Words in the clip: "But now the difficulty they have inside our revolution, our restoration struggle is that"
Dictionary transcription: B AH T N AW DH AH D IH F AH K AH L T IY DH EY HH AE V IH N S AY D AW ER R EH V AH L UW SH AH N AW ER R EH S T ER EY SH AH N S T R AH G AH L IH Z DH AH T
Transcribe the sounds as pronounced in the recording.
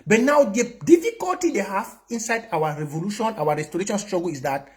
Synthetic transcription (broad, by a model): B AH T N AW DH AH D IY F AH K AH L T IY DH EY HH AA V IH N S AY D AW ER R EH V AH L UW SH AH N AW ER R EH S T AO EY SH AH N S T R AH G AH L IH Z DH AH T